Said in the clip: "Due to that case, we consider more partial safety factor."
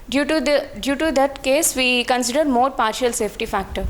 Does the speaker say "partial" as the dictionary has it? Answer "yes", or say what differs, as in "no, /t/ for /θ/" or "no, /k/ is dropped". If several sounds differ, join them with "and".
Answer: yes